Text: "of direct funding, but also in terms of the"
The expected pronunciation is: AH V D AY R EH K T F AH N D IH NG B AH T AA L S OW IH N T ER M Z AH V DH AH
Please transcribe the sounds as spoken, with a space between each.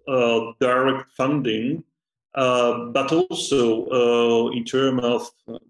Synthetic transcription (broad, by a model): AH D AY R EH K T F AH N D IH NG B AH T AA L S OW IH N T ER M AH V